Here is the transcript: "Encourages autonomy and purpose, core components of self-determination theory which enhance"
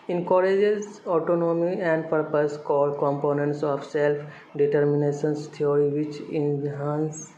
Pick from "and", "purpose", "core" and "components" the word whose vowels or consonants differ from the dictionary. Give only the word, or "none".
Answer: core